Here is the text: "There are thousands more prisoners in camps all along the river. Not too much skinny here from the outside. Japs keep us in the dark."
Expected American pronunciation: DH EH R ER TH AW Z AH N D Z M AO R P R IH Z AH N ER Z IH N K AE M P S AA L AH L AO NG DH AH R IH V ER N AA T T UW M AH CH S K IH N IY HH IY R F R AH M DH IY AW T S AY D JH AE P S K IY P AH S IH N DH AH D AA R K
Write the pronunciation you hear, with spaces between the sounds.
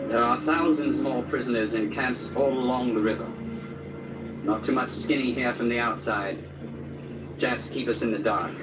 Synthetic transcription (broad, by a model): DH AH R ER TH AW Z AH N D Z M AO R P R IH Z AH N ER Z IH N K AE M P S AA L AH L AO NG DH AH R IH V ER N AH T T UW M AH CH S K IH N IY HH IY R F R AH M DH IY AW T S AY D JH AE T S K IY P AH S IH N DH AH D AA R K